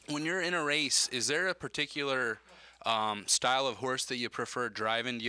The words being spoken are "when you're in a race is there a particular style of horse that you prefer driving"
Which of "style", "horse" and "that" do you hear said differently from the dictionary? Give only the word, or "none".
none